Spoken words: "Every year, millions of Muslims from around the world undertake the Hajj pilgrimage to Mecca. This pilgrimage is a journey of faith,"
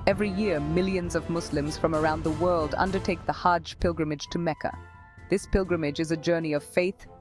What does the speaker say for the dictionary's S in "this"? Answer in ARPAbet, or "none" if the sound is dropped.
S